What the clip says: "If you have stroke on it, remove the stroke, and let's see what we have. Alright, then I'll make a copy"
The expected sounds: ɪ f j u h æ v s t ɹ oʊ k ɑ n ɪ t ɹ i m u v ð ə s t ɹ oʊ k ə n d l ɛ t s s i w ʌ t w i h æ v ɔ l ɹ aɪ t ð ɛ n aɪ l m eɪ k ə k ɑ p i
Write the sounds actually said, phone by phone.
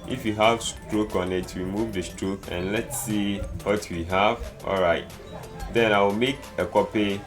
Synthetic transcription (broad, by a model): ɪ f j u h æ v s t ɹ oʊ k ɑ n ɪ t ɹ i m u v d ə s t ɹ oʊ k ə n l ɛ t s s i w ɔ t w i h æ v ɔ l ɹ aɪ t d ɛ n aɪ w m eɪ k ə k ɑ p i